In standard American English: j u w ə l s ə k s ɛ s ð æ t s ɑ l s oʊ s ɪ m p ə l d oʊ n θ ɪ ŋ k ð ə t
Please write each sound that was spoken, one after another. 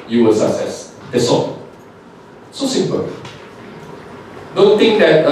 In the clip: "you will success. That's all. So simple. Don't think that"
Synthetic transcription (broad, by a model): j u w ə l s ə k s ɛ s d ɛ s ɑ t s oʊ s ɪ m p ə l d oʊ n t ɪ ŋ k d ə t